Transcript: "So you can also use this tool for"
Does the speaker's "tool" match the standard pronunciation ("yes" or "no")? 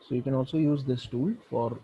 yes